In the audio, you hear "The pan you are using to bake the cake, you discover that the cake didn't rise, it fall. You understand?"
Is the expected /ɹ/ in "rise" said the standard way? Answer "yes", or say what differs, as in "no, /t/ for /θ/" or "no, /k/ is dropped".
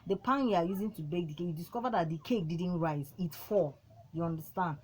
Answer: yes